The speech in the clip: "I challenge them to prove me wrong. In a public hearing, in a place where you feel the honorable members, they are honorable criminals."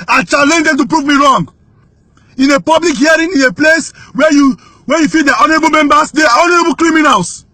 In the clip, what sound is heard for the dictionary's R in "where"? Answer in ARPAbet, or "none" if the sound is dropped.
W